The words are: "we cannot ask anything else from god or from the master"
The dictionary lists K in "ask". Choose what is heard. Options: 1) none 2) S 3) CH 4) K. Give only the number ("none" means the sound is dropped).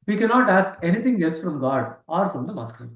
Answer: 4